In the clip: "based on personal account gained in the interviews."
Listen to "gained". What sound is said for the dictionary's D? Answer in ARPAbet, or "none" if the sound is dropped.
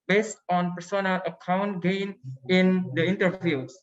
none